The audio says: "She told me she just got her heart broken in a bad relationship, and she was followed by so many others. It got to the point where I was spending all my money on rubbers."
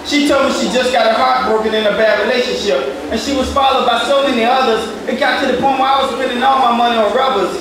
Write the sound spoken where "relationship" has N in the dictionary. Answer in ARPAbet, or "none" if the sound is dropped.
N